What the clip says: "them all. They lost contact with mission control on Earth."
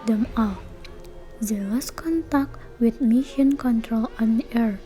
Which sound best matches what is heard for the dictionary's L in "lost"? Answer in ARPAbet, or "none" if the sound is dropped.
W